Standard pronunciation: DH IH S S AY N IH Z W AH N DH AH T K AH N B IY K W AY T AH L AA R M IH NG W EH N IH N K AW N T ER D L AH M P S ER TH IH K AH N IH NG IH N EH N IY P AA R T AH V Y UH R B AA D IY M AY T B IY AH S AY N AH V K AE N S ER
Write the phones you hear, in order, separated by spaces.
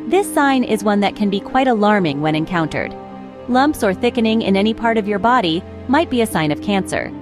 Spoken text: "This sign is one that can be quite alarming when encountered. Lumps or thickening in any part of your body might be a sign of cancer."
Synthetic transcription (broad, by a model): DH IH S S AY N IH Z W AH N DH AH T K AH N B IY K W AY T AH L AA R M IH NG W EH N IH N K AW N T ER D L AH M P S ER TH IH K AH N IH NG IH N EH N IY P AA R T AH V Y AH R B AA D IY M AY T B IY AH S AY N AH V K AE N S ER